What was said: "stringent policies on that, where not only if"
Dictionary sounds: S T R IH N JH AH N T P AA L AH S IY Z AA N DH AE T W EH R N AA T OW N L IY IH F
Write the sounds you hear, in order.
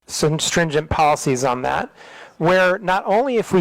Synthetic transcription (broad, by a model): S T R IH N JH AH N P AA L AH S IY Z N DH AE T W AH R N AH T OW N L IY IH F